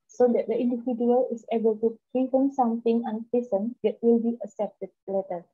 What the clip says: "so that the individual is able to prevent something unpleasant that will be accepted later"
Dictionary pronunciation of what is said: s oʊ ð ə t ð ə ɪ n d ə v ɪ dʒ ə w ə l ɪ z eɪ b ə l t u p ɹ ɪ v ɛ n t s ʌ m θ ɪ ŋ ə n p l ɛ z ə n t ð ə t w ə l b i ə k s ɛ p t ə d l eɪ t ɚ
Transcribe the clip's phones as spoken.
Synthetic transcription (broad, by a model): s oʊ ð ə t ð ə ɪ n d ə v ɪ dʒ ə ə l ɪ s eɪ b ə l t u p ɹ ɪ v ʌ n s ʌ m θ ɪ ŋ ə n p i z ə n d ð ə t w ə l b i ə s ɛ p t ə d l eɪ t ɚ